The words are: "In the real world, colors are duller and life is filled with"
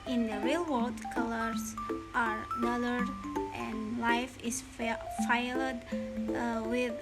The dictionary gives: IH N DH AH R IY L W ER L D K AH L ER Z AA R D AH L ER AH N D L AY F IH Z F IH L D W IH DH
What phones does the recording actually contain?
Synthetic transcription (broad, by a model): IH N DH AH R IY L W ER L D K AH L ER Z AA R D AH L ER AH N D L AY F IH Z F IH L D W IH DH